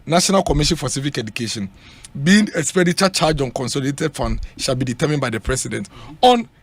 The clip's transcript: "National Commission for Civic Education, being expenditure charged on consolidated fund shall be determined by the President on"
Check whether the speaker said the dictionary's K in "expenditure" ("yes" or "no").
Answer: no